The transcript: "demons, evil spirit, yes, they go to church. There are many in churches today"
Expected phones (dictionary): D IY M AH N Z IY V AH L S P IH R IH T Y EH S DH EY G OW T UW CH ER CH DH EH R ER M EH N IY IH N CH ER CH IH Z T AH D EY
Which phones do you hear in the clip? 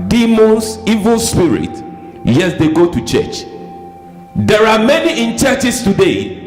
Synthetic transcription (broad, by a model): D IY M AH N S IY V AH L S P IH R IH T Y EH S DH EY G OW T UW CH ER CH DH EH R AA M EH N IY IH N CH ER CH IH S T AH D EY